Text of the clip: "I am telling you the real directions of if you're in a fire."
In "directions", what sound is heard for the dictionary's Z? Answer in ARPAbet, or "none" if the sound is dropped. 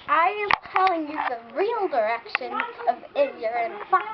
none